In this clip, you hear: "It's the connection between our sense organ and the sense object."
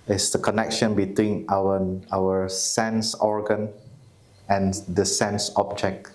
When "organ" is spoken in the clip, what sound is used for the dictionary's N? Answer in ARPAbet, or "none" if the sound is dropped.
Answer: N